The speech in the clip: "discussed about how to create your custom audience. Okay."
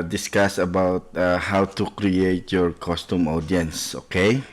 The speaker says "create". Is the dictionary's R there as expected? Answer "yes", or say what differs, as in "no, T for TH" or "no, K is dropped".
yes